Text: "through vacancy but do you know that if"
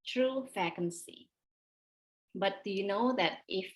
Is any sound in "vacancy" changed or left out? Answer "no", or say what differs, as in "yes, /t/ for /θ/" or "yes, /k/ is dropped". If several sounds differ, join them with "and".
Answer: yes, /f/ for /v/